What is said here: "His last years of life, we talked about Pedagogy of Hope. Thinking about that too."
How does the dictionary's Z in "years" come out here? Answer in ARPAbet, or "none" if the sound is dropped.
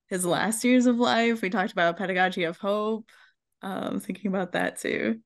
Z